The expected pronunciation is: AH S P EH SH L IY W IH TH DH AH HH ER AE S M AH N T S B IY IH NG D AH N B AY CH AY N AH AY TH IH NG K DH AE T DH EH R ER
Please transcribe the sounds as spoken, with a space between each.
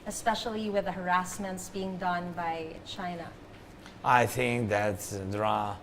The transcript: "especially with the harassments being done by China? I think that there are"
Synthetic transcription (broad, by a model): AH S P EH SH L IY W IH DH AH HH ER AE S M AH N T S B IY IH NG D AH N B AY CH AY N AH AY TH IH NG K DH AE T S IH R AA